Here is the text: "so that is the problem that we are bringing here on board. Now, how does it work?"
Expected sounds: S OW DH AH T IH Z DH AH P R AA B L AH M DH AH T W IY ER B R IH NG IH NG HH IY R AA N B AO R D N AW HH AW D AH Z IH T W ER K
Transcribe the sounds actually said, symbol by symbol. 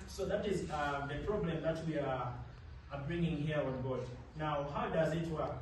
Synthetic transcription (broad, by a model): S OW DH AH T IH Z DH AH P R AA B L AH M DH AH T W IY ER B R IH NG IH NG HH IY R AA N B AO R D N AW HH AW D AH Z IH T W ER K